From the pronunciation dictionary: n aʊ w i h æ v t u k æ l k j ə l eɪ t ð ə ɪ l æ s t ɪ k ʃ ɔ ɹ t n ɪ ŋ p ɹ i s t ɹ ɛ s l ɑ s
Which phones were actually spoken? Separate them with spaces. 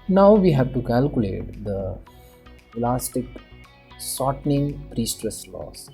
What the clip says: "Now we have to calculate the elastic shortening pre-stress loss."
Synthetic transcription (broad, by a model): n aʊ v i h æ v t u k æ l k j ə l eɪ t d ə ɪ l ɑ s t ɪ k s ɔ t n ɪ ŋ p ɹ i s t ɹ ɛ s l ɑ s